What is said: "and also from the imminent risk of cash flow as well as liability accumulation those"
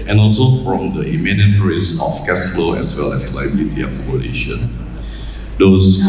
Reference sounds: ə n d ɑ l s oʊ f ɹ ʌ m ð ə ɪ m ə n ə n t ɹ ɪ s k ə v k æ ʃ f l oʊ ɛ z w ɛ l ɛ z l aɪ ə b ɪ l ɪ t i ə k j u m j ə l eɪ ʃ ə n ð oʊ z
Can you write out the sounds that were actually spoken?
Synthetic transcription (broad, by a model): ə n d ɑ l s oʊ f ɹ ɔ m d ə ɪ m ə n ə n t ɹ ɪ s ə f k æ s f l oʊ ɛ s w ɛ l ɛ s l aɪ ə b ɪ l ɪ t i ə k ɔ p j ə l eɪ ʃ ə n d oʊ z